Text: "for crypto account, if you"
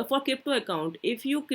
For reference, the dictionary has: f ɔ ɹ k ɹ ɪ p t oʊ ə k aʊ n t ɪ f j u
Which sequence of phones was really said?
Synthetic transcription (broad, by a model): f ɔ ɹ k ɪ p t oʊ ə k aʊ n t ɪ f j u